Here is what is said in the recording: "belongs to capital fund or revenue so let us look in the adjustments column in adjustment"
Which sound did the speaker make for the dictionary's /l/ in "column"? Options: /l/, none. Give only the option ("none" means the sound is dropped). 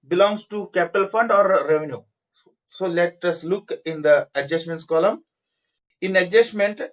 /l/